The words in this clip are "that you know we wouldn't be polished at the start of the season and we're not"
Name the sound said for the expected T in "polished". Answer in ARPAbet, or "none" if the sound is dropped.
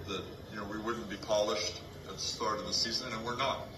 T